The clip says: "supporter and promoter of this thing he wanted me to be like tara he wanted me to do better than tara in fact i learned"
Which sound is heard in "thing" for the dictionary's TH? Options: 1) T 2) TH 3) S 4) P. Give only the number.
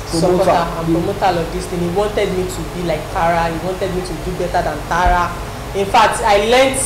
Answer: 1